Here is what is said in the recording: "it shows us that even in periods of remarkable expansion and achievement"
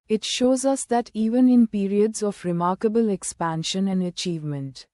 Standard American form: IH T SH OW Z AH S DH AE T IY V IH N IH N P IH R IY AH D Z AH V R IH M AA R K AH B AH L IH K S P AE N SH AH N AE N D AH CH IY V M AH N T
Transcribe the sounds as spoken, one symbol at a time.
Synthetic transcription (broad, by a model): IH T SH OW Z AH S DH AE T IY V IH N IH N P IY R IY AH D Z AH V R IH M AA R K AH B AH L IH K S P AE N SH AH N AE N D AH CH IY V M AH N T